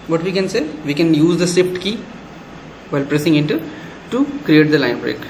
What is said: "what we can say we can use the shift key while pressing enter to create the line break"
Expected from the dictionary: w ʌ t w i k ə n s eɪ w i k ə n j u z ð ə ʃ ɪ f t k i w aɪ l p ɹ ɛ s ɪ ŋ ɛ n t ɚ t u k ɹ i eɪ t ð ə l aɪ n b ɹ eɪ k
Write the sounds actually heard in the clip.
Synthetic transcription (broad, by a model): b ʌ t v i k ə n s eɪ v i k ə n j u z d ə s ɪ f t k i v aɪ l p ɹ ɛ s ɪ ŋ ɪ n t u t u k ɹ i eɪ t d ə l aɪ n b ɹ eɪ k